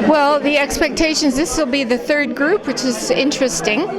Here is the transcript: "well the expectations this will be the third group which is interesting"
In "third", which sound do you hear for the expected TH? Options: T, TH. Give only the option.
TH